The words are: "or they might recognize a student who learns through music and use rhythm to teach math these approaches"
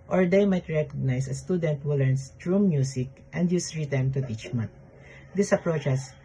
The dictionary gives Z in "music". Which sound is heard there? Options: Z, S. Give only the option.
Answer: S